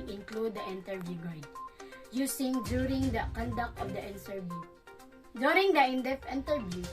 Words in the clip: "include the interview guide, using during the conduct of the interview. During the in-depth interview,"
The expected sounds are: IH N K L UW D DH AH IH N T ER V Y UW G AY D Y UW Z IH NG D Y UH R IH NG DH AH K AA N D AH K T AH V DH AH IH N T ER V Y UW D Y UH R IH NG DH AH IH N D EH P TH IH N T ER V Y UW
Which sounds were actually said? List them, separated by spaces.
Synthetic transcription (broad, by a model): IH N K L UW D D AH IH N T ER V Y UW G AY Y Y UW S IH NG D Y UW R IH NG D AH K AA N D AH K T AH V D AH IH N S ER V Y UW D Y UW R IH NG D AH IH N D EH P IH N T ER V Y UW